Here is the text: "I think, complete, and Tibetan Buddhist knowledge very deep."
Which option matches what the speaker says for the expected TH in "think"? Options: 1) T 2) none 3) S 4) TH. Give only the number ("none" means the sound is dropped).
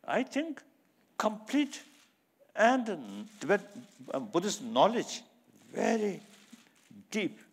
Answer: 1